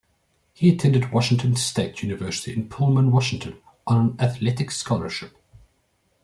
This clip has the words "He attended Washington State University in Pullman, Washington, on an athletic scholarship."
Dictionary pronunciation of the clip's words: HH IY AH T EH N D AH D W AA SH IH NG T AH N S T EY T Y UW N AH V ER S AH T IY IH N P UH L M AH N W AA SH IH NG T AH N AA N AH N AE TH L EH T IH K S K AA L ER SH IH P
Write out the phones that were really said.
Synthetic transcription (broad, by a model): HH IY AH T EH N D AH D W AA SH IH NG T AH N S T EY T Y UW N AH V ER S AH T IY IH N P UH L M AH N W AA SH IH NG T AH N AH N AH N AE TH L EH T IH K S K AA L ER SH IH P